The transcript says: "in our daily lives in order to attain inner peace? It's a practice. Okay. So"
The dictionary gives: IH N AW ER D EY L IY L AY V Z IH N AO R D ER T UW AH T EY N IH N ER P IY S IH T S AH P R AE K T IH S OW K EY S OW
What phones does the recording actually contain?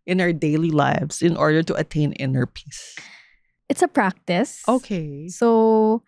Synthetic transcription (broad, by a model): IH N AW ER D EY L IY L AY V Z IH N AO R D ER T UW AH T EY N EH N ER P IY S IH T S AH P R AE K T IH S OW K EY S OW